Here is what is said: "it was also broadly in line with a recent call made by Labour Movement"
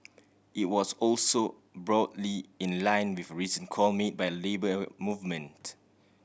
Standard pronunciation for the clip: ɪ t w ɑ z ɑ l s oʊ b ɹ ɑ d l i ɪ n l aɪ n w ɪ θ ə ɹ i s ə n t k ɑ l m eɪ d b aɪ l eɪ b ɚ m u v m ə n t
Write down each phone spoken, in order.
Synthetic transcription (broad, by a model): ɪ t w ɑ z ɑ l s oʊ b ɹ ɑ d l i ɪ n l aɪ n w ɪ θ ə ɹ i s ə n k ɑ l m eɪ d b aɪ l eɪ b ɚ m u v m ə n t